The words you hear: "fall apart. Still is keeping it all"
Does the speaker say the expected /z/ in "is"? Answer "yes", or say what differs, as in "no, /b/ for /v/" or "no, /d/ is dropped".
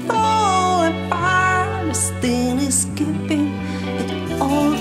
no, /s/ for /z/